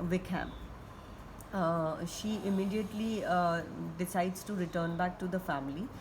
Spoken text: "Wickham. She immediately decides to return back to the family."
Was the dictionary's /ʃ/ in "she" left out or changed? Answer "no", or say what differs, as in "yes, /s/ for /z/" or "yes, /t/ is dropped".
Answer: no